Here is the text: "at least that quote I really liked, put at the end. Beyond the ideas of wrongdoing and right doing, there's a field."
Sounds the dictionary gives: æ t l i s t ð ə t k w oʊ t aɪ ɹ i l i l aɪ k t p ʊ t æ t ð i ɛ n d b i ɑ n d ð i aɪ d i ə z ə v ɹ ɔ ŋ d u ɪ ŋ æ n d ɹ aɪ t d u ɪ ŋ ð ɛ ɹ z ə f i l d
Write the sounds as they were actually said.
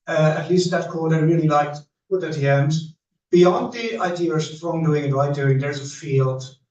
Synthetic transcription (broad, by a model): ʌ t l i s t ð ə t k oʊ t aɪ ɹ i l i l aɪ k t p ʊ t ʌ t ð i ɛ n d b i ɑ n d ð i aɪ d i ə ə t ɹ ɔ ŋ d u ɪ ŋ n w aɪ d u ɪ ŋ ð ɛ ɹ z ə f i l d